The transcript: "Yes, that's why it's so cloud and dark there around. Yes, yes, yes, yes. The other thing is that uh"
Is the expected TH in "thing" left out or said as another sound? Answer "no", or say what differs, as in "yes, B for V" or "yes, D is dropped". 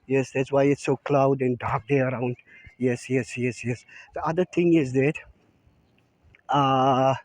yes, T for TH